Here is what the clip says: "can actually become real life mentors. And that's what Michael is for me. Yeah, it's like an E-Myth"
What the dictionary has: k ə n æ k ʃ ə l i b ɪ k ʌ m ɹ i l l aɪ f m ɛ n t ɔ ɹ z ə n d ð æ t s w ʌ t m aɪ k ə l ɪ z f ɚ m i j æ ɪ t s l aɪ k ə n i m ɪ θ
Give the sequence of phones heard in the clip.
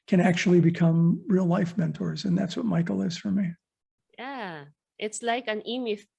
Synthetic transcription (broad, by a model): k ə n æ k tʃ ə l i b ɪ k ʌ m ɹ i l l aɪ f m ɛ n t ɔ ɹ z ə n ð æ t s w ʌ t m aɪ k l ɪ z f ɚ m i j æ ɪ t s l aɪ k ə n i m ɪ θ